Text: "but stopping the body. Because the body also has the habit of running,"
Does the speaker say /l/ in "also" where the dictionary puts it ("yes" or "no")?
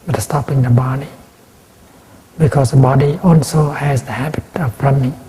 yes